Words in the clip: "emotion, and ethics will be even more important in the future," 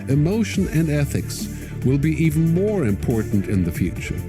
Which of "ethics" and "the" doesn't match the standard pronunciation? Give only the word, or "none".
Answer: none